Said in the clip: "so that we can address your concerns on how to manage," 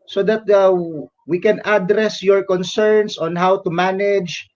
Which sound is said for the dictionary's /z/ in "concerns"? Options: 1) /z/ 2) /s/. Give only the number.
2